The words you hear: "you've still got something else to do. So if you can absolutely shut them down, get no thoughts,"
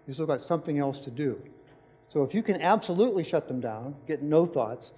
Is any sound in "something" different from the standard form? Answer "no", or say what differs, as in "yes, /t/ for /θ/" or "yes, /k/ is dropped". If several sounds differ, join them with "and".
no